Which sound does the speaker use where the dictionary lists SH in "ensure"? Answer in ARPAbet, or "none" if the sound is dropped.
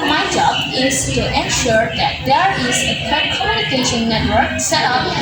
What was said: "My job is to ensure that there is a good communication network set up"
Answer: SH